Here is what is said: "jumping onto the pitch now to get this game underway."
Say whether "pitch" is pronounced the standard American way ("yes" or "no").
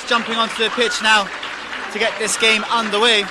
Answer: yes